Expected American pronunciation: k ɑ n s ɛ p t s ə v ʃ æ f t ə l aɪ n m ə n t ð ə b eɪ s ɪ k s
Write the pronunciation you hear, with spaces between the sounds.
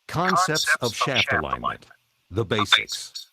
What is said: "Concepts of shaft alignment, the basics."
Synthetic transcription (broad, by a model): k ɑ n s ɛ p t s ə v ʃ æ f t ə l aɪ n m ə n t ð ə b eɪ s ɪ k s